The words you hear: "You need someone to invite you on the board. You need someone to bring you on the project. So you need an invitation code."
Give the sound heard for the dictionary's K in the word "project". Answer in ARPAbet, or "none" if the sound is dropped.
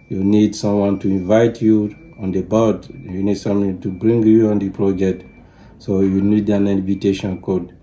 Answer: none